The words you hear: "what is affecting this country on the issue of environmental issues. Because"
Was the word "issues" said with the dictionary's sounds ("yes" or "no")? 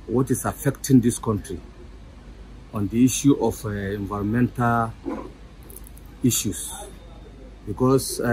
no